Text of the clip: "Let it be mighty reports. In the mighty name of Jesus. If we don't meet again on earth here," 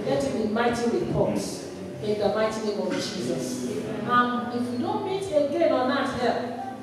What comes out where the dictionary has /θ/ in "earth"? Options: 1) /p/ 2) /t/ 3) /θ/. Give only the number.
2